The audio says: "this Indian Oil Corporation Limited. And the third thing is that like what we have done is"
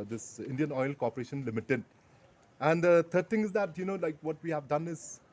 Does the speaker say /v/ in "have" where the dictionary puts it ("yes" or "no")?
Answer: yes